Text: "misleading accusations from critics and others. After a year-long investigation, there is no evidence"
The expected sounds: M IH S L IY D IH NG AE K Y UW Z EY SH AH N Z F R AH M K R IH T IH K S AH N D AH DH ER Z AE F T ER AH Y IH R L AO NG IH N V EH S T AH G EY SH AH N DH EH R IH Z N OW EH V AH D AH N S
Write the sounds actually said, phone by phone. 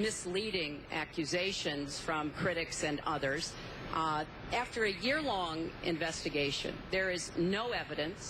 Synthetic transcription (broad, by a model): M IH S L IY D IH NG AE K Y UW Z EY SH AH N Z F R AH M K R IH T IH K S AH N AH DH ER Z AE F T ER AH Y IH R L AO NG IH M V EH S T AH G EY SH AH N DH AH R IH Z N OW EH V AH D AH N S